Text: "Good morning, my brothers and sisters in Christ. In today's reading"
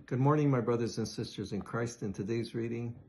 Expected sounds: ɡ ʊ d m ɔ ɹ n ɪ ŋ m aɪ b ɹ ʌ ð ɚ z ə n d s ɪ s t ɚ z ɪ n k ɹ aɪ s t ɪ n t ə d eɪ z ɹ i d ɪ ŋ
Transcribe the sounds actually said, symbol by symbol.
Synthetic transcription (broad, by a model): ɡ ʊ d m ɔ ɹ n ɪ ŋ m aɪ b ɹ ʌ ð ɚ z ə n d s ɪ s t ɚ z ɪ n k ɹ aɪ s t ɪ n t ə d eɪ z ɹ i d ɪ ŋ